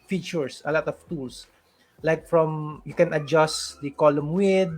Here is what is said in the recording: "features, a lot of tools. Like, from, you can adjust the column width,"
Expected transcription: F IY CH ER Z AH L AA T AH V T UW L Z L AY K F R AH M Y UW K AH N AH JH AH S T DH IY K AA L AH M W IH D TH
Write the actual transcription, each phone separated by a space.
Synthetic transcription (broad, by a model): F IY CH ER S AH L AA T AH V T UW L S L AY K F R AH M Y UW K AH N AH JH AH S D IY K AA L AH M W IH D